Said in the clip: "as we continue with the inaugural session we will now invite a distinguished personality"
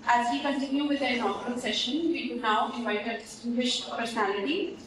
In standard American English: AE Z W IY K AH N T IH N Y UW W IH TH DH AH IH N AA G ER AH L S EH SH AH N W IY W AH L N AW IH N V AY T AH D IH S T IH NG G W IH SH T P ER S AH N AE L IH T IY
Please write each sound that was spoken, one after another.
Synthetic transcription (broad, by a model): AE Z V IY K AH N T IH N Y UW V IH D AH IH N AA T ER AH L S EH SH AH N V IY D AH N AW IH V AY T AH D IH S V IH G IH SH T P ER S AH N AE L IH T IY